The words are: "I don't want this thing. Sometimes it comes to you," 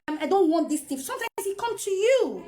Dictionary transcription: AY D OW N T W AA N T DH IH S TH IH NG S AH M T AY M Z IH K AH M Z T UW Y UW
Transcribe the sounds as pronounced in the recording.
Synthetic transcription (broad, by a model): AY D OW N T W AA N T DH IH S T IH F S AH M T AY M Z IH K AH M T UW Y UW